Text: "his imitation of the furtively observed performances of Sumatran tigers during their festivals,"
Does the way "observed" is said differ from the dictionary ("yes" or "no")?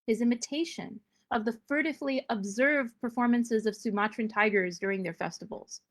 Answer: no